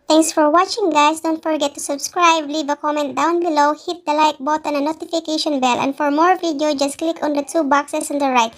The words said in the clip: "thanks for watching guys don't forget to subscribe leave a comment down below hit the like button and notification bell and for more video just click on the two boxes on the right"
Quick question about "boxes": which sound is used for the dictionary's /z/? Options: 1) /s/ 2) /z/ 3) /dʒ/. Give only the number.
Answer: 1